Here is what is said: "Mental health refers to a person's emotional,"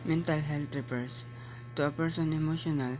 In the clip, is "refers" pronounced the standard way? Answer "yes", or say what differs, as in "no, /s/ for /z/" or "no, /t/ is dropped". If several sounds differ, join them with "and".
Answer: no, /p/ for /f/ and /s/ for /z/